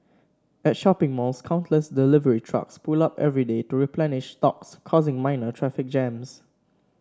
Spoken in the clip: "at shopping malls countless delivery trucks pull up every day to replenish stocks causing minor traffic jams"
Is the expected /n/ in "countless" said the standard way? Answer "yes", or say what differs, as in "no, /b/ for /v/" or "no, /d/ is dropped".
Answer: yes